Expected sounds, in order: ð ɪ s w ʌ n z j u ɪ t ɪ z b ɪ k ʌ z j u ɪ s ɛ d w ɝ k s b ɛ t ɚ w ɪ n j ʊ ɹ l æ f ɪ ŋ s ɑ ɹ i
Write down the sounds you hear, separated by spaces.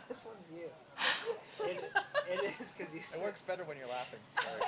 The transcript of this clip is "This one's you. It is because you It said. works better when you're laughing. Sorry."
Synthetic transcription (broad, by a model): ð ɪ s w ʌ n z j u ɪ t ɪ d ɪ k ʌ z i ɪ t w ɝ k s b ɛ t ɚ w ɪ n j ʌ ɹ l æ f ɪ ŋ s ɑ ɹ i